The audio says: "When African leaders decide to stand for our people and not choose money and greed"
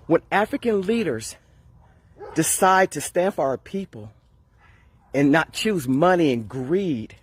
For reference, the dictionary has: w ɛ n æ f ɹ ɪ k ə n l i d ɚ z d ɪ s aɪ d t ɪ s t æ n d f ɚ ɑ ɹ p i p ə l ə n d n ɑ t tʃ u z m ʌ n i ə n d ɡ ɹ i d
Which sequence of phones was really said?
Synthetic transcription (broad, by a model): w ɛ n æ f ɹ ɪ k ə n l i d ɚ z d ɪ s aɪ d t ɪ s t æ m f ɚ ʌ ɹ p i p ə l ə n n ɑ t tʃ u z m ʌ n i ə n ɡ ɹ i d